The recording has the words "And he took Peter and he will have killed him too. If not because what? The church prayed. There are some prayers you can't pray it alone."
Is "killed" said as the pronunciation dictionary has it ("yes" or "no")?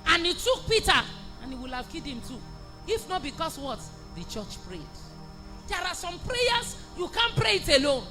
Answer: no